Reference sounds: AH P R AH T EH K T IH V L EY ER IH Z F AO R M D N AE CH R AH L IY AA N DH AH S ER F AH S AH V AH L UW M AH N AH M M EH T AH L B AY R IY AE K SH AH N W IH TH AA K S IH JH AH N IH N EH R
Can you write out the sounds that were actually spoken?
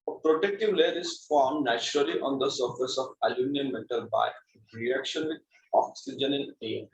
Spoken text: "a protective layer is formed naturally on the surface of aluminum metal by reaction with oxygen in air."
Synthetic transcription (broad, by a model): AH P R AH T EH K T IH V L EY ER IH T F AO R M D N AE CH R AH L IY AA N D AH S ER F AH S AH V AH L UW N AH AH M M EH T AH L B AY R IY AE K SH AH N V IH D AA K S IH JH AH N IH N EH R